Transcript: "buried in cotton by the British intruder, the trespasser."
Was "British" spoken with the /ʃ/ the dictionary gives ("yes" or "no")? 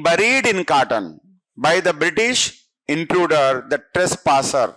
yes